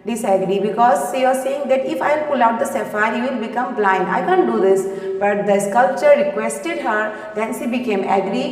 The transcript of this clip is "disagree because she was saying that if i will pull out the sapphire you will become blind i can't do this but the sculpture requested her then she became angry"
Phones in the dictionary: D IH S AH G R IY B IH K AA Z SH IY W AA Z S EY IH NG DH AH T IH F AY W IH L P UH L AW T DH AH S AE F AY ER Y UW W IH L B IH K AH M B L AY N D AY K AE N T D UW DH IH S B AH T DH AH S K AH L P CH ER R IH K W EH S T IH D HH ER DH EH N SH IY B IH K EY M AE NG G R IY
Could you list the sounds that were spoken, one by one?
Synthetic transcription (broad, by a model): D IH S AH G R IY B IH K AA Z SH IY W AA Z S EY IH NG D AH T IH F AY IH L P UH L AW T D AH S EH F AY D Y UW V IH L B IH K AH M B L AY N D AY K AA N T D UW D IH S B AH T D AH S K AH L P CH ER R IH K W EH S T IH D HH ER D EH N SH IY B IH K EY M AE G R IY